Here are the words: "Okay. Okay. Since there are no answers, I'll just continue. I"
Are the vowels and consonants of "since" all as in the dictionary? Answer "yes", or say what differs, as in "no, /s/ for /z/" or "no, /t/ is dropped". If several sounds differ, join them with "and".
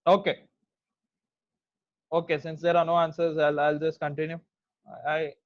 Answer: yes